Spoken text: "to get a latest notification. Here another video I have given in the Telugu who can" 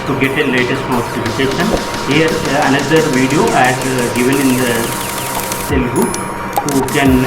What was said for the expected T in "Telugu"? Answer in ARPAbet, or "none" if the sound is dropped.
S